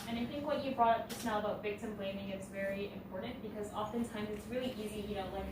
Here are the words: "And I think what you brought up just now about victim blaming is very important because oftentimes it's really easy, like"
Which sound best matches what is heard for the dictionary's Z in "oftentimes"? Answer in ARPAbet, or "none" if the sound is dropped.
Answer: Z